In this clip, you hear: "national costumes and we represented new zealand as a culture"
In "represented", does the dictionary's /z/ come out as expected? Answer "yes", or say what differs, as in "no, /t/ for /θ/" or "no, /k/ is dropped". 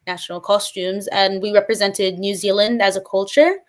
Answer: yes